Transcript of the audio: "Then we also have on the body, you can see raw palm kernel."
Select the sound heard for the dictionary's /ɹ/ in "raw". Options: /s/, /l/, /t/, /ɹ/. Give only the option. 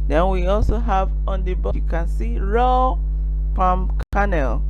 /ɹ/